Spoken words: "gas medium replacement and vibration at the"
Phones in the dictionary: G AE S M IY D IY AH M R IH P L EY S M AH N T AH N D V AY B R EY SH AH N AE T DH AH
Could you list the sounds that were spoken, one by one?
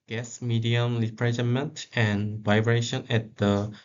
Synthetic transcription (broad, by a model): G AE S M IY D IY AH M L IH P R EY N M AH N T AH N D V AY B R EY SH AH N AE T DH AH